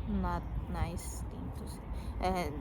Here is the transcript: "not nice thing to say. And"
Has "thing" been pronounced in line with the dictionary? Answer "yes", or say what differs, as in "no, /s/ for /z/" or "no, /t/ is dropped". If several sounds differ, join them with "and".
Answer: no, /t/ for /θ/